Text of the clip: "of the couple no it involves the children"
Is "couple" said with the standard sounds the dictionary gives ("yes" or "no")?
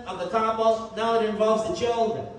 no